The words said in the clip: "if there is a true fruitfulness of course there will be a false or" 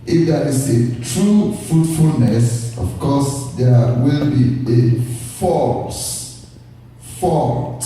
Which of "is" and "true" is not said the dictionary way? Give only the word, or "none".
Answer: is